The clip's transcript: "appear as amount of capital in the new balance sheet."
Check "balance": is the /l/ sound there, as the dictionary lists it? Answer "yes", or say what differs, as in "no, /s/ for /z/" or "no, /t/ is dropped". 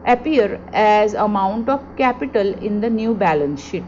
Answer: yes